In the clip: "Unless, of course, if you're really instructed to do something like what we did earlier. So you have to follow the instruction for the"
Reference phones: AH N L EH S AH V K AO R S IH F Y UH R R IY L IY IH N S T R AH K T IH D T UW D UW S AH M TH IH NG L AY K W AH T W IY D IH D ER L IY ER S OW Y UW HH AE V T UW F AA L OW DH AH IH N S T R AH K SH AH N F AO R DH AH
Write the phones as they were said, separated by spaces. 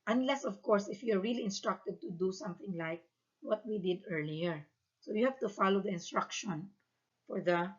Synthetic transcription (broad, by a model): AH N L EH S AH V K AO R S IH F Y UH R R IY L IY IH N S T R AH K T IH D T UW D UW S AH M TH IH NG L AY K W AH T W IY D IH D ER L IY ER S OW Y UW HH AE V T UW F AA L OW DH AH IH N S T R AH K SH AH N F AO R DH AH